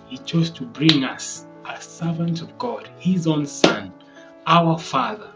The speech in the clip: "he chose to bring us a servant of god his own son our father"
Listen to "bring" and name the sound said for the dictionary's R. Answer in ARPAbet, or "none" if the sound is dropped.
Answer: R